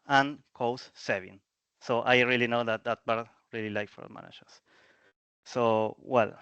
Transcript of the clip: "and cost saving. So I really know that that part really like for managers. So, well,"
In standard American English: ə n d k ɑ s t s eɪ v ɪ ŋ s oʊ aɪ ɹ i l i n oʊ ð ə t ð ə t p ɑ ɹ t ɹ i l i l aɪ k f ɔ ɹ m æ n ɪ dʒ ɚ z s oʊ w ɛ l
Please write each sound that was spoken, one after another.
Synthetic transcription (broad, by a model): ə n k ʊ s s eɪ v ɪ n s oʊ aɪ ɹ i l i n oʊ ð ə t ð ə t b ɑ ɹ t ɹ i l i l aɪ k f ɔ ɹ m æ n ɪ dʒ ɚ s s oʊ w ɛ l